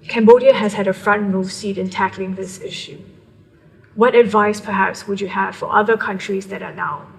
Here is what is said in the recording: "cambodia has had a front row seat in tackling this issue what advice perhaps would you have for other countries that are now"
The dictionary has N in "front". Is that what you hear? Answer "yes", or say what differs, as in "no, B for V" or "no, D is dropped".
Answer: yes